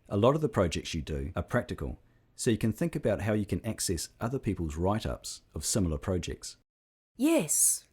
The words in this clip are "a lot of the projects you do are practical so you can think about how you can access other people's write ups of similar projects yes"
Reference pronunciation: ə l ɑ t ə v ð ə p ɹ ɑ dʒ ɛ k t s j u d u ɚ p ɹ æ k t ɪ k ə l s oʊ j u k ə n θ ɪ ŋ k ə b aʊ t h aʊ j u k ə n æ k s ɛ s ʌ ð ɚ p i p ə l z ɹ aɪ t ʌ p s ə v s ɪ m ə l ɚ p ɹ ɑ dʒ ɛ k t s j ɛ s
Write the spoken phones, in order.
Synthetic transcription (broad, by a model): ə l ɑ t ə v ð ə p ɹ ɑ dʒ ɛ k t s j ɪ d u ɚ p ɹ æ k t ɪ k ə l s oʊ j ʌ k ə n θ ɪ ŋ k ə b aʊ t h aʊ j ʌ k ə n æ k s ɛ s ʌ ð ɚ p i p ə l z ɹ aɪ t ʌ p s ə v s ɪ m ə l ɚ p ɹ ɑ dʒ ɛ k t s j ɛ s